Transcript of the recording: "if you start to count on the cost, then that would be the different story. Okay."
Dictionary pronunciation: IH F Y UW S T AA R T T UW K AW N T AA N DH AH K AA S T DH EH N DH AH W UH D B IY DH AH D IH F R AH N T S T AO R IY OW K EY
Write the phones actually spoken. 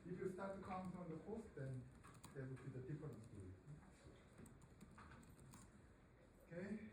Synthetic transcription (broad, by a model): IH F Y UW S T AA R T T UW K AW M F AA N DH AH K AA S T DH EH N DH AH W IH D B IY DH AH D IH F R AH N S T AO IY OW K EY